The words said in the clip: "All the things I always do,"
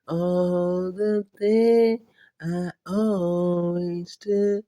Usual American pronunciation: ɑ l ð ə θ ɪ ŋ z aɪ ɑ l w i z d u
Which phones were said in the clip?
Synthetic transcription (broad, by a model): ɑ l ð ə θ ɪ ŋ aɪ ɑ l w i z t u